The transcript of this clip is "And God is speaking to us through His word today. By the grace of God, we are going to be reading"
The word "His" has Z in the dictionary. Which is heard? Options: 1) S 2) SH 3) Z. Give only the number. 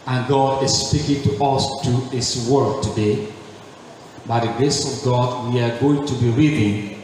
1